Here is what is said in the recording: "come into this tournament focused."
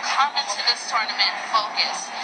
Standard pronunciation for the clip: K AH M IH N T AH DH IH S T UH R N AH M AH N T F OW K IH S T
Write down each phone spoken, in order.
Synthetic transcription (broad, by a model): K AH M IH N T AH DH IH S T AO R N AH M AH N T F OW K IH S